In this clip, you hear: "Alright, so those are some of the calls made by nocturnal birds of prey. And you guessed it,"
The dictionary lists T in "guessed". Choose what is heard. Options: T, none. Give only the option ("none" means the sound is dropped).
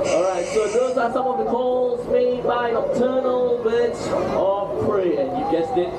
none